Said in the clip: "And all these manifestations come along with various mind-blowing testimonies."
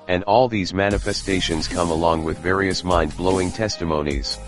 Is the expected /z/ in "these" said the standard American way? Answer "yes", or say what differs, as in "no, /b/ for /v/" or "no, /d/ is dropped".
yes